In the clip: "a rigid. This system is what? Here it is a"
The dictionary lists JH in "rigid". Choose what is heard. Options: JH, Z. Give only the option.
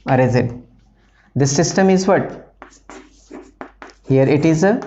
Z